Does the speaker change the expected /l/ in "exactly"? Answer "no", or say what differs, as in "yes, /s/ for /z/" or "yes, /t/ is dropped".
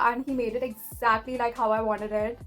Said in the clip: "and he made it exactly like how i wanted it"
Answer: no